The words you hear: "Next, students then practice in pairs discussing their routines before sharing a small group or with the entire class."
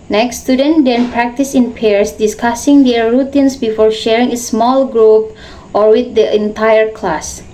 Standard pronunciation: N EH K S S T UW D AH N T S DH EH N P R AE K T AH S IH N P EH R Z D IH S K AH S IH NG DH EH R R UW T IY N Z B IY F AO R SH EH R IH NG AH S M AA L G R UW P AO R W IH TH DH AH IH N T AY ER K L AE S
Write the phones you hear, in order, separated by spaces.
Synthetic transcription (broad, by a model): N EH K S S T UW D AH N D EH N P R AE K T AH S IH N P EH R S D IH S K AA S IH NG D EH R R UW T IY N S B IY F AO R SH EH R IH NG AH S M AA L G R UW P AO R W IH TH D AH IH N T AY ER K L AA S